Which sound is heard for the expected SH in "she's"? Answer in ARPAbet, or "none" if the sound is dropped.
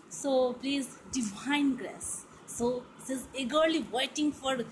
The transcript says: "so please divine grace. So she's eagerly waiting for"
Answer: S